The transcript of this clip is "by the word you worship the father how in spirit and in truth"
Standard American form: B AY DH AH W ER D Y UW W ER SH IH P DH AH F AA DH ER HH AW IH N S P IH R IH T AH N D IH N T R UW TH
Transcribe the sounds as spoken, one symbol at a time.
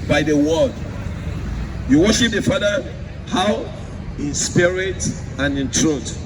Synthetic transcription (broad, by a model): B AY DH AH W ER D Y UW W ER SH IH P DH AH F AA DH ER HH AW IH N S P IH R IH T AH N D IH N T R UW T